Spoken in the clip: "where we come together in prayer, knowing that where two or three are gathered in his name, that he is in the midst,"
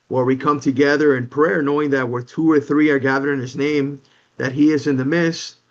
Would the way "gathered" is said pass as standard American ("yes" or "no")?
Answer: no